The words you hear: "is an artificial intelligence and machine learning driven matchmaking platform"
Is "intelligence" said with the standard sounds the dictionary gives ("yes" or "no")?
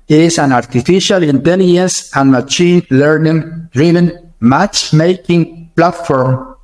no